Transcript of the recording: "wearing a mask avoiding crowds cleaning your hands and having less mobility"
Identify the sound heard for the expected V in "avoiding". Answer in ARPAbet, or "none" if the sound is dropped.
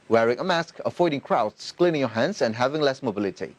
F